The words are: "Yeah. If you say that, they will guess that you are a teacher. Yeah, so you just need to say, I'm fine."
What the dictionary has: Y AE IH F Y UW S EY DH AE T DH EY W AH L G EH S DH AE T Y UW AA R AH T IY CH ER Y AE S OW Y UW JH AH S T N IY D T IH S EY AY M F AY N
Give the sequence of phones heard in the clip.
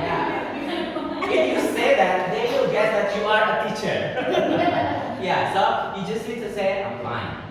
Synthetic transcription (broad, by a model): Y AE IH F Y UW S EY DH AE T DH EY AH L G EH S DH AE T Y UW AA R AH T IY CH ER Y AE S OW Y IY JH AH S T L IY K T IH S EY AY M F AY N